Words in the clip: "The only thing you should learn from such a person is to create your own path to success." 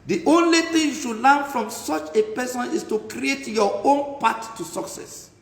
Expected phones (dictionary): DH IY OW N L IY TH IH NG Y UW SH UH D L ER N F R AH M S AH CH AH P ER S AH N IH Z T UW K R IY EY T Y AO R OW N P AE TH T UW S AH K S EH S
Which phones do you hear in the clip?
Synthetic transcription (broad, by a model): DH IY OW N L IY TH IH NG Y UW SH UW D L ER N F R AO M S AH CH AH P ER S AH N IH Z T UW K R IY EY T Y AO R OW N P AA T UW S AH K S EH S